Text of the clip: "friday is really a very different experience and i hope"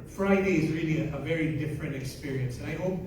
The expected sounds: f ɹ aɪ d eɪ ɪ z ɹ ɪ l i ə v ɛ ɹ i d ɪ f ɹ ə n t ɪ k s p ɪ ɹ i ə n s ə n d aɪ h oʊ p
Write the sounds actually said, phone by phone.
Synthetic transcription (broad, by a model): f ɹ aɪ d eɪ ɪ z ɹ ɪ l i ə v ɛ ɹ i d ɪ f ɹ ə n t ɪ k s p ɪ ɹ i ə n s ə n aɪ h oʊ